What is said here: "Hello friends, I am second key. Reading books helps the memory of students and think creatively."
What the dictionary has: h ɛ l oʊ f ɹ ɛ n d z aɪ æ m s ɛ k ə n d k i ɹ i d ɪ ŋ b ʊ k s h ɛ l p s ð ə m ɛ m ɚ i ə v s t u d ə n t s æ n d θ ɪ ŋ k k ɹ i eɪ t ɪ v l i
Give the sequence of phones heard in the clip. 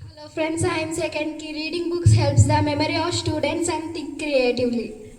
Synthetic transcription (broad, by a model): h l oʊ f ɹ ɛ n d s aɪ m s ɛ k ə n d k i ɹ i d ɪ ŋ b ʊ k s h ɛ l p s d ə m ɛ m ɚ i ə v s t u d ə n t s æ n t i k k ɹ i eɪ t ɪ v l i